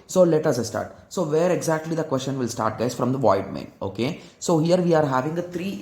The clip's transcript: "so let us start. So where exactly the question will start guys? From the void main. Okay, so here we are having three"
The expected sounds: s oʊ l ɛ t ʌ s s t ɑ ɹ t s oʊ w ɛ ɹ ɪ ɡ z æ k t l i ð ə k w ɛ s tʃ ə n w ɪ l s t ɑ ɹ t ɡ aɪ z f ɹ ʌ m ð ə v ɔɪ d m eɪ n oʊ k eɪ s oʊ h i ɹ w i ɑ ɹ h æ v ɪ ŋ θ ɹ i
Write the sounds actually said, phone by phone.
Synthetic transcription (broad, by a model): s oʊ l ɛ t ʌ s s t ɑ ɹ t s oʊ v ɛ ɹ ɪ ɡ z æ k t l i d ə k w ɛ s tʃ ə n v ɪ l s t ɑ ɹ t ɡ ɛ s f ɹ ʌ m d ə v ɔɪ d m eɪ n oʊ k eɪ s oʊ h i ɹ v i ɑ ɹ h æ v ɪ ŋ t ɹ i